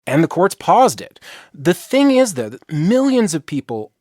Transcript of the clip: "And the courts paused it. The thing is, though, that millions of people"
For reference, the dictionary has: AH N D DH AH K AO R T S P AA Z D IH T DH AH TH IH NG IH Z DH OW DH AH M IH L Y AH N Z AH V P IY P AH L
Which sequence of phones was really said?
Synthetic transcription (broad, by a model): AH N DH AH K AO R T S P AA Z D IH T DH AH TH IH NG IH Z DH DH AH M IH L Y AH N Z AH V P IY P L